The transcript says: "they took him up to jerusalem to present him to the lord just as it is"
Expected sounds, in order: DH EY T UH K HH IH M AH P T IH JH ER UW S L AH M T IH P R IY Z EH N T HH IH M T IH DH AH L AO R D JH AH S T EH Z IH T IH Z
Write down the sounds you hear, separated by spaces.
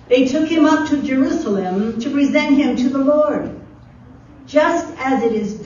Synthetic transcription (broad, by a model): DH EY T UH K HH IH M AH P T IH JH ER UW S L AH M T IH P R IY Z EH N T HH IH M T IH DH AH L AO R D JH AH S T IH Z IH T IH Z